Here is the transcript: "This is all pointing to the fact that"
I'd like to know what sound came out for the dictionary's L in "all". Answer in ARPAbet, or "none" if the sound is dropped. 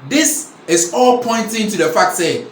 L